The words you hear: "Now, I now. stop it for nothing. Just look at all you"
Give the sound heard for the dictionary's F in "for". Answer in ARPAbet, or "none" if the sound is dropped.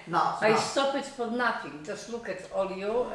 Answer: P